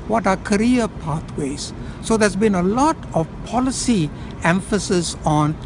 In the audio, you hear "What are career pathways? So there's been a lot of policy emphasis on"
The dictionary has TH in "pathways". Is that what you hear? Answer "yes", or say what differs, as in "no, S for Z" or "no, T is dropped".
no, T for TH